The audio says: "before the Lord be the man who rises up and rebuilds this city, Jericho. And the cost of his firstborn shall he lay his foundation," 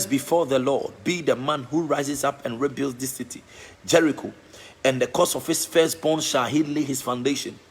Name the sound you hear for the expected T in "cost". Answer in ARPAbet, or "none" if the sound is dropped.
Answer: none